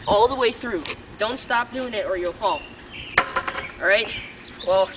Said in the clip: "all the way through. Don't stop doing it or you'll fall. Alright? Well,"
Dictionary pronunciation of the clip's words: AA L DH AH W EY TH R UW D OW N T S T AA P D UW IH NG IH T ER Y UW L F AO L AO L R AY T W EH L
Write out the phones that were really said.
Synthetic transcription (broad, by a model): AA L DH AH W EY TH R UW D OW N T S T AA P D UW IH NG IH T ER Y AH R F AO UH N R AY T W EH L